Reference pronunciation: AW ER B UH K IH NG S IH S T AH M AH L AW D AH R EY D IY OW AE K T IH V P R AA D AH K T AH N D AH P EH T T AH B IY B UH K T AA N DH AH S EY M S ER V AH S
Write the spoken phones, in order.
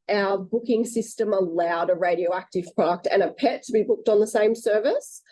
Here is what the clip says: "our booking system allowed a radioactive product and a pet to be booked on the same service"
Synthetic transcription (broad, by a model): AW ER B UH K IH NG S IH S T AH M AH L AW D AH R EY D IY OW AE K T IH V P R AA D AH K T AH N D AH P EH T T AH B IY B UH K T N DH AH S EY M S ER V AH S